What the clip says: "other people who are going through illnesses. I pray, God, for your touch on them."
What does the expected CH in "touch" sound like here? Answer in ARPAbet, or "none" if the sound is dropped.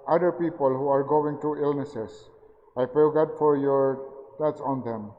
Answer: S